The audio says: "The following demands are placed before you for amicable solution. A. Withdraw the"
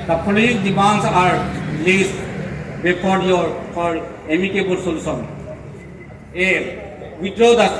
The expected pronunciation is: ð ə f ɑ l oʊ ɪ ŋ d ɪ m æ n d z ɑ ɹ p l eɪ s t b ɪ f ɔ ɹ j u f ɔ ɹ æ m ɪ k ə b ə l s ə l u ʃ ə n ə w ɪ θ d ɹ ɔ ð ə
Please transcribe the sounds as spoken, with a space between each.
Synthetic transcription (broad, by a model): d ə p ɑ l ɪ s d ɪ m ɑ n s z ɑ ɹ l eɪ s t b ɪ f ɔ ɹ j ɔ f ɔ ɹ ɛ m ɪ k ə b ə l s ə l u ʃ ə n ə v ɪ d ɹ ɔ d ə